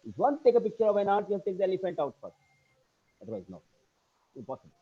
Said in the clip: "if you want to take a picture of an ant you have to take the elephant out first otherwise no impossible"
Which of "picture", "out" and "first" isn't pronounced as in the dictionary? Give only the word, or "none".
first